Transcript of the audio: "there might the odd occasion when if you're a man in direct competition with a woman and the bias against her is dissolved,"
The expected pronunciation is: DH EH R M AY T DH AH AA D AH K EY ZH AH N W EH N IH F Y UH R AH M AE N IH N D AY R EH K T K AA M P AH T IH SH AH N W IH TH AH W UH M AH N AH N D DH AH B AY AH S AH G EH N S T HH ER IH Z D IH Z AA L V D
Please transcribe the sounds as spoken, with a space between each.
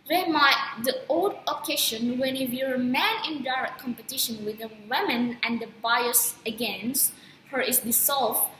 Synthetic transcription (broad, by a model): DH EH M AY T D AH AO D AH K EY SH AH N W EH N IH F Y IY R AH M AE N IH N D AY R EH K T K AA M P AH T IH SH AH N W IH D AH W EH M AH N AH N D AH B AY AH S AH G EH N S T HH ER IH S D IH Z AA L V